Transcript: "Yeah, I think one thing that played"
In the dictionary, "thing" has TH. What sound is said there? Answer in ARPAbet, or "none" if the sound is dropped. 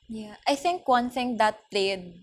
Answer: TH